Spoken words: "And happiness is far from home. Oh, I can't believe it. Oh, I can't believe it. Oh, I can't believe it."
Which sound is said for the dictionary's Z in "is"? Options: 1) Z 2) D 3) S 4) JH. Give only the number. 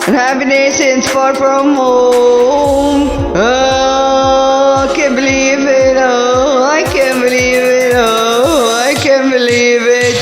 3